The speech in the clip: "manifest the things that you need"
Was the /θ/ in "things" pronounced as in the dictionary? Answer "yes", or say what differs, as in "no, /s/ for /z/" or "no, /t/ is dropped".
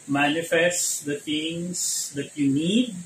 no, /t/ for /θ/